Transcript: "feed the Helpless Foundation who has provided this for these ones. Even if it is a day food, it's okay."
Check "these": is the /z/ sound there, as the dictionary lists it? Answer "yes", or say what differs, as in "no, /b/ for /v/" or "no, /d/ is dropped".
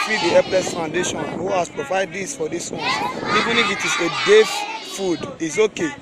no, /s/ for /z/